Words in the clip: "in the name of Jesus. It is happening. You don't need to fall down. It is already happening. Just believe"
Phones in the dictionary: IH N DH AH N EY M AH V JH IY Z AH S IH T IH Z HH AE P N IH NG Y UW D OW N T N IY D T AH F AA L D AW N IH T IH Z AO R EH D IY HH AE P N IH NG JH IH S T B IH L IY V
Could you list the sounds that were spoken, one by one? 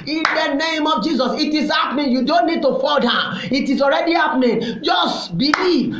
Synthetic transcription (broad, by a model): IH N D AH N EY M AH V JH IY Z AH S IH T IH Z HH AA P N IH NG Y UW D OW N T N IY D T AH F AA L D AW IH T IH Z AO R EH D IY HH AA P N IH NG JH IH S T B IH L IY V